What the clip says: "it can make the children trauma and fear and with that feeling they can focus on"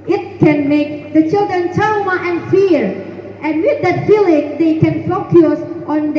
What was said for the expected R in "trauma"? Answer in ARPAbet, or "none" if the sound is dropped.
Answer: none